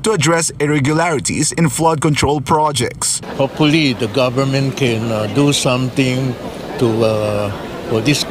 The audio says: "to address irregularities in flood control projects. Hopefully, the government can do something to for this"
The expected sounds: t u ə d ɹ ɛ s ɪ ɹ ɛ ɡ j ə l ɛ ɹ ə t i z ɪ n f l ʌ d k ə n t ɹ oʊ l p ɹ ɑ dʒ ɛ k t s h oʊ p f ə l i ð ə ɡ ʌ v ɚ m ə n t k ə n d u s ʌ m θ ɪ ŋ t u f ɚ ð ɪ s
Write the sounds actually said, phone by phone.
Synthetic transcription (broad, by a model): t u ə d ɹ ɛ s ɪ ɹ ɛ ɡ j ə l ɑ ɹ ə t i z ɪ n f l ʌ d k ə n t ɹ oʊ l p ɹ ɑ dʒ ɛ k t s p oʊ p ə l i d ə ɡ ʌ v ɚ m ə n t k ə n d u s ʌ m t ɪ ŋ t u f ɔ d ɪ s